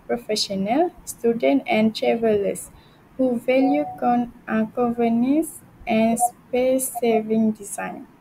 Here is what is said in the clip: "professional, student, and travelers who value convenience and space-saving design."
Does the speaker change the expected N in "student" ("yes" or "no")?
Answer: no